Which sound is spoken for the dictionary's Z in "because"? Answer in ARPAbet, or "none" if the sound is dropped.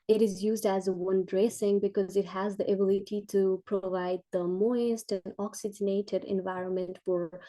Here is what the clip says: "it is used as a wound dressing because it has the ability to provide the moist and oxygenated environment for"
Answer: Z